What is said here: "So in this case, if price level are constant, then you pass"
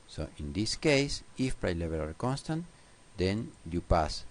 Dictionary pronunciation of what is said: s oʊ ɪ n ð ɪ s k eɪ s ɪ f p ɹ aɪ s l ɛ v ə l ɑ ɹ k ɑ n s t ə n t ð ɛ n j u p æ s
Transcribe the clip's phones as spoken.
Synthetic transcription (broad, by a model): s oʊ ɪ n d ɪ s k eɪ s ɪ f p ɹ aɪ l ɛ b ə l ɑ ɹ k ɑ n s t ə n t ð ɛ n j u p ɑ s